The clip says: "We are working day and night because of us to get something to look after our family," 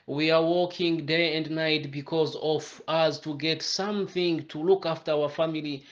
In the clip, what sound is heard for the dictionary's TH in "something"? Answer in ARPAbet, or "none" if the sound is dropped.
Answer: TH